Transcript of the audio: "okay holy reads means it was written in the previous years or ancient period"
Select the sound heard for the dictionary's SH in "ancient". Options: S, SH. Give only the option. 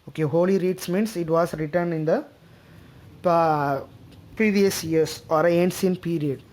S